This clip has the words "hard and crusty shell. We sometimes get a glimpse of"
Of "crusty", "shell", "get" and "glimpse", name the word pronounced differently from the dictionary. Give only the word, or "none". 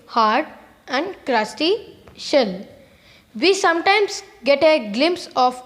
none